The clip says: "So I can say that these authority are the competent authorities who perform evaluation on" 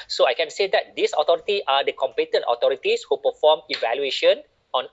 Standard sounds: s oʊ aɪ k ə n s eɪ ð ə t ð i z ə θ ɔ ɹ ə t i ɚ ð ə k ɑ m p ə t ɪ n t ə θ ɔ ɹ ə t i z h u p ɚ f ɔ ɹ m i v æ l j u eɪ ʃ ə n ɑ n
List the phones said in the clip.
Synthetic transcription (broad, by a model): s oʊ aɪ k ə n s eɪ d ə t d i s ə t ɔ ɹ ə t i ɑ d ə k ɑ m p ə t ɪ n t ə t ɔ ɹ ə t i s h u p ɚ f ɔ m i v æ l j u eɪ ʃ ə n ɑ n